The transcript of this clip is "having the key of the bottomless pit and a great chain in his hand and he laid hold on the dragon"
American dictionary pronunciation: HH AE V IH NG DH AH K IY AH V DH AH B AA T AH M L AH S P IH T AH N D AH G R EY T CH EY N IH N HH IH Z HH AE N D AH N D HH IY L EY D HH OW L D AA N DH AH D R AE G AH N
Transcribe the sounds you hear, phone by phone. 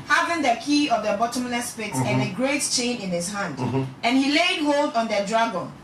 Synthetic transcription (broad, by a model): HH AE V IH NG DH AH K IY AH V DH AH B AA T AH M L AH S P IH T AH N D AH G R EY T CH EY N IH N HH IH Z HH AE N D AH N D HH IY L EY D HH OW L D AA N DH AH D R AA G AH N